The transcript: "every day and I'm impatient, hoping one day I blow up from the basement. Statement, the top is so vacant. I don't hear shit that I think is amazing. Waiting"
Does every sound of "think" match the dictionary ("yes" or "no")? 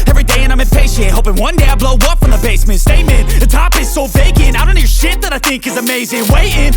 yes